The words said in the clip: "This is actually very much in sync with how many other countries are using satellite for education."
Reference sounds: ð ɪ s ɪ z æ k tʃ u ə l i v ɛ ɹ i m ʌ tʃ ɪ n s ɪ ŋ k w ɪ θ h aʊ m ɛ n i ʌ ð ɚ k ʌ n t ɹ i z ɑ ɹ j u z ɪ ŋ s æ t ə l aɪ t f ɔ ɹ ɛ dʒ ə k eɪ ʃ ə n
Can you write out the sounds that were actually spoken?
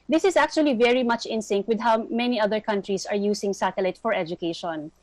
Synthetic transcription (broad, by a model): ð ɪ s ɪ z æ k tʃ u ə l i v ɛ ɹ i m ʌ tʃ ɪ n s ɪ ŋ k w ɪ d h aʊ m ɛ n i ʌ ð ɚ k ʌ n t ɹ i s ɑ ɹ j u s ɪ ŋ s æ t ə l aɪ t f ɔ ɹ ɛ dʒ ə k eɪ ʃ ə n